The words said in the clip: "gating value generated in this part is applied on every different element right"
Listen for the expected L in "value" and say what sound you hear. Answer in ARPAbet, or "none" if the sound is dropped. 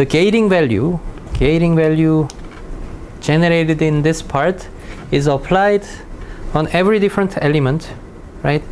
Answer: L